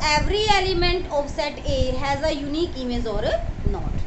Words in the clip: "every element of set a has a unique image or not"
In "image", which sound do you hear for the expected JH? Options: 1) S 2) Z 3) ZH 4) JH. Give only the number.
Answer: 2